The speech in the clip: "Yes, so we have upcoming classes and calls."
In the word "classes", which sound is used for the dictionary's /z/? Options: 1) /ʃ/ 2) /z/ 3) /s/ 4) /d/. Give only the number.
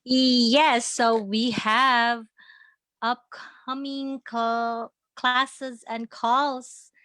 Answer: 2